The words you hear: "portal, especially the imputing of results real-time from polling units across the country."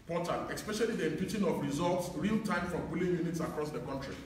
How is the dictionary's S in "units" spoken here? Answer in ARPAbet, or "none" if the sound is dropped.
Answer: S